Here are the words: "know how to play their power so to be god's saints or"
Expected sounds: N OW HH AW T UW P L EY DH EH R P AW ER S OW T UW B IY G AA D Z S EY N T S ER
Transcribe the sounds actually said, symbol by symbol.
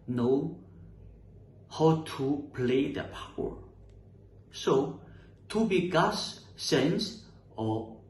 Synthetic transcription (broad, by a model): N OW HH AW T UW P L EY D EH P AW ER S OW T UW B IY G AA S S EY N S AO